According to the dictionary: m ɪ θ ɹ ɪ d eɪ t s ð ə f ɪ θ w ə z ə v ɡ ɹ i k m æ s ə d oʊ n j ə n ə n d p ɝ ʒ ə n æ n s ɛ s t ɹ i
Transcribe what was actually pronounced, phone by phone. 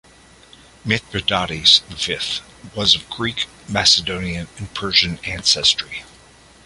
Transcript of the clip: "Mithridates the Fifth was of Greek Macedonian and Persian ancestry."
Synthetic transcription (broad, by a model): m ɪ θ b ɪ d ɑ t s ð ə f ɪ θ w ə z ə v ɡ ɹ i k m æ s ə d oʊ n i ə n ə n p ɝ ʒ ə n æ n s ɛ s t ɹ i